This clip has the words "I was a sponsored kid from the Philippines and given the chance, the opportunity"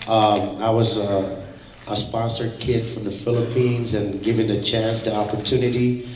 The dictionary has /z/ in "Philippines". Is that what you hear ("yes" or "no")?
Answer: yes